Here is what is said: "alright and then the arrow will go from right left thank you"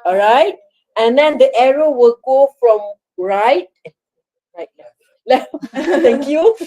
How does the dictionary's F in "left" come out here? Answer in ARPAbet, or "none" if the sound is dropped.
none